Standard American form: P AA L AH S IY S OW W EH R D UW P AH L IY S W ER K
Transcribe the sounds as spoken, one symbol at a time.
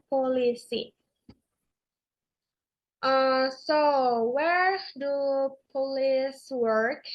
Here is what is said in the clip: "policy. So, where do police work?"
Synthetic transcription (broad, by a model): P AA L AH S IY S OW W EH R D UW P AH L IY S W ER K